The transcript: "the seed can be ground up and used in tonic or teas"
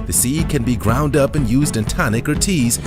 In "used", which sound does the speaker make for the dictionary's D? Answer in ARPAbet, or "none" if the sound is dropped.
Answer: D